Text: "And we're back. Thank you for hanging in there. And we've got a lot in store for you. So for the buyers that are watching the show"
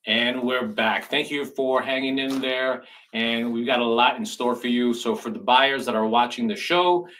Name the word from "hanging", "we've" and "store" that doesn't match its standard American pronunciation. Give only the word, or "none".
none